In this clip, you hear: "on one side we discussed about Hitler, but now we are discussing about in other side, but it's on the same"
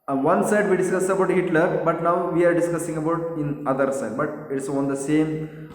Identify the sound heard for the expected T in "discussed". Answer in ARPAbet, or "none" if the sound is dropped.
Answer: none